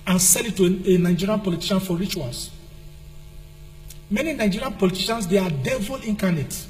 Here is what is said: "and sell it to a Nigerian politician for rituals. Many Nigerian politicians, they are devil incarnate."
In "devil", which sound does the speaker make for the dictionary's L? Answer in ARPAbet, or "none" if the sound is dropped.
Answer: L